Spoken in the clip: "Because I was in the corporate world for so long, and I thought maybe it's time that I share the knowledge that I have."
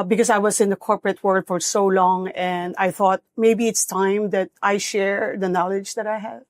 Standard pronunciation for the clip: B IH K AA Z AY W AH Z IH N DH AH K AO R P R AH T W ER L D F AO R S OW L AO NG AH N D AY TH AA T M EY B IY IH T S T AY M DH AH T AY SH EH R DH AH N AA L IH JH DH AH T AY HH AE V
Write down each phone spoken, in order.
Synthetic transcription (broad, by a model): B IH K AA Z AY W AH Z IH N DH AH K AO R P R AH T W ER L D F AO R S OW L AO NG AH N D AY TH AA T M EY B IY IH T S T AY M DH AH T AY SH EH R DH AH N AA L IH JH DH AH T AY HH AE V